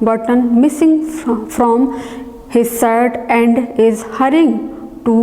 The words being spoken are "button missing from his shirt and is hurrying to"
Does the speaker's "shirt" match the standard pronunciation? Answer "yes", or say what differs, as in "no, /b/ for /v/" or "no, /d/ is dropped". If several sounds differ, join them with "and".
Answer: no, /s/ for /ʃ/